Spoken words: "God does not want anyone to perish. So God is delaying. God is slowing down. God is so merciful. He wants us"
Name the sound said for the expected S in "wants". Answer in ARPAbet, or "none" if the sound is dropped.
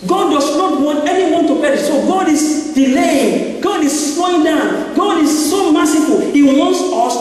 S